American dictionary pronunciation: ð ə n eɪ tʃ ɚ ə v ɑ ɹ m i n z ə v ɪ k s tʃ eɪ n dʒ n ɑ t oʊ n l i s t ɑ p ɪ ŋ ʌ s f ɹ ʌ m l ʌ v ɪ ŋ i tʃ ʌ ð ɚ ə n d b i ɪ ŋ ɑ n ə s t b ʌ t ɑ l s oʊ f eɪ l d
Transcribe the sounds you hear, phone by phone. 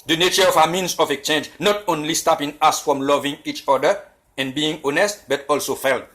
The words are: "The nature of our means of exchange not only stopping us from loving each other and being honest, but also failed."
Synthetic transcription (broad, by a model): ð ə n eɪ tʃ ɚ ə v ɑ m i n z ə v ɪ k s tʃ eɪ n dʒ n ɑ t oʊ n l i s t ɑ p ɪ ŋ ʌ s f ɹ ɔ m l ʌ v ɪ ŋ i tʃ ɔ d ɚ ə n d b i ɪ ŋ ɑ n ə s t b ʌ t ɑ l s oʊ f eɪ l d